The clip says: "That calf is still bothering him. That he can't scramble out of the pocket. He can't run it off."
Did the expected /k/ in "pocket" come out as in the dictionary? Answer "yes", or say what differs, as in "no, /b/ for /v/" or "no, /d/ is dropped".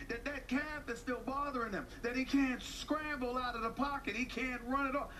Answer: yes